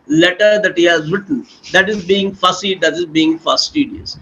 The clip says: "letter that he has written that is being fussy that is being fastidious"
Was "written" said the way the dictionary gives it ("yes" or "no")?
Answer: no